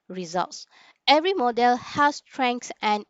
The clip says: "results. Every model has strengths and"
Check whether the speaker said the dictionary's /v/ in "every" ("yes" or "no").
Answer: yes